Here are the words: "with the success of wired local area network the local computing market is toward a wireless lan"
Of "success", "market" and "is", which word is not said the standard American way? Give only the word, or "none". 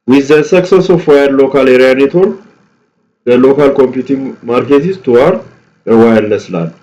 is